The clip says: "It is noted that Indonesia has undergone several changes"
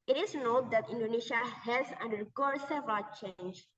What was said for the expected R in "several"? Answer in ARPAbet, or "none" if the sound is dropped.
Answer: none